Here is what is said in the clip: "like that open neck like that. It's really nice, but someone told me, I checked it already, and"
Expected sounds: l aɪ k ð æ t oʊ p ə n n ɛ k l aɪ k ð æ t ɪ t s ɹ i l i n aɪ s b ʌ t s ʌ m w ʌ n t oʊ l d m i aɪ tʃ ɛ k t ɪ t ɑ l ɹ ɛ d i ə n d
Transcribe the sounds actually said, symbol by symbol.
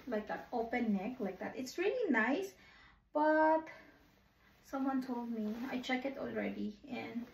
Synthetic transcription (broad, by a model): l aɪ k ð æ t oʊ p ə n n ɛ k l aɪ k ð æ t ɪ t s ɹ i l i n aɪ s b ʌ t s ʌ m w ʌ n t oʊ l d m i aɪ tʃ ɛ k ɪ t ɑ l ɹ ɛ d i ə n